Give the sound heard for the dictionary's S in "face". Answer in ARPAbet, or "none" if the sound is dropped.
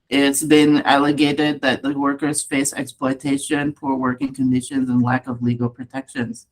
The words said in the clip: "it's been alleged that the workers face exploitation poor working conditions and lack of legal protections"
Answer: S